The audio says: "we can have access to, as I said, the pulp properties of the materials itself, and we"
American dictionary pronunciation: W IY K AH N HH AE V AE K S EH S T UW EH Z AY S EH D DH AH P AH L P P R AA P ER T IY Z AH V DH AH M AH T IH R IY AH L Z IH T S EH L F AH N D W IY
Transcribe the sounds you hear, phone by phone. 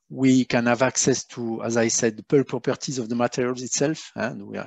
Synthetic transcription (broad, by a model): W IY K AH N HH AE V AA K S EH S T UW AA Z AY S EH D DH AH P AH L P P EH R T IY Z AH V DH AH M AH T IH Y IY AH L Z IH T S EH L F AH N D W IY